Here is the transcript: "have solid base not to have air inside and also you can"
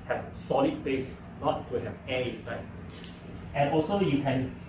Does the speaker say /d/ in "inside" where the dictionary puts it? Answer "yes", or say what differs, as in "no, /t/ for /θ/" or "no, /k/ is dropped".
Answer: no, /d/ is dropped